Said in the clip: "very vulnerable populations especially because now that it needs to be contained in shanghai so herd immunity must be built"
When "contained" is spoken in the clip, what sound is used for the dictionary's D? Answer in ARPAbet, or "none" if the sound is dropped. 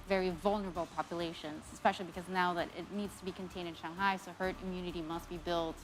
D